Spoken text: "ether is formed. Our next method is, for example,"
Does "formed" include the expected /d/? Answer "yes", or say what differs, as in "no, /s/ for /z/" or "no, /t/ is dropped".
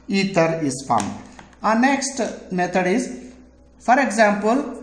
no, /d/ is dropped